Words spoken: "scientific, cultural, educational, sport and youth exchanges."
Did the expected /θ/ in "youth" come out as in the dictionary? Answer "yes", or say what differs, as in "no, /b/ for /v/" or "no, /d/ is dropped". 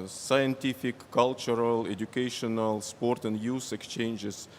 no, /s/ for /θ/